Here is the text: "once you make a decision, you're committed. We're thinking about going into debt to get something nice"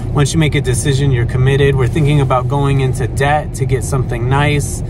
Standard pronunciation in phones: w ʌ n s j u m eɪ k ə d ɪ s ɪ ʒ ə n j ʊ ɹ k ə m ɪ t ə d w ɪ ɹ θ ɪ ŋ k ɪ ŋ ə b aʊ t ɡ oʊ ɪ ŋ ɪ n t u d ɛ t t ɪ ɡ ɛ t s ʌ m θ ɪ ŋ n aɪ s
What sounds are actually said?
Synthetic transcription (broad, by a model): w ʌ n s j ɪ m eɪ k ə d ɪ s ɪ ʒ ə n j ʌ ɹ k ə m ɪ t ə d w ɪ ɹ θ ɪ ŋ k ɪ ŋ ə b aʊ t ɡ oʊ ɪ ŋ ɪ n t u d ɛ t t ɪ ɡ ɛ t s ʌ m θ ɪ ŋ n aɪ s